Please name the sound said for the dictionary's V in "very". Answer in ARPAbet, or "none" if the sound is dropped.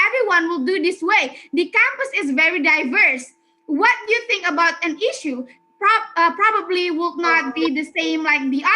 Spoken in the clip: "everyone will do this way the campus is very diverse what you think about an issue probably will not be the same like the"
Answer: V